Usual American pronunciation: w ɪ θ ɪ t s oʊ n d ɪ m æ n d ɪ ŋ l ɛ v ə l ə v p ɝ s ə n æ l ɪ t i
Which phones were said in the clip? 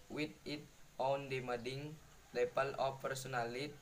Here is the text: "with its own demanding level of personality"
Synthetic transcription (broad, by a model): w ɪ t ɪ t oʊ n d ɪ m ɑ d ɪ ŋ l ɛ p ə l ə f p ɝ s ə n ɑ l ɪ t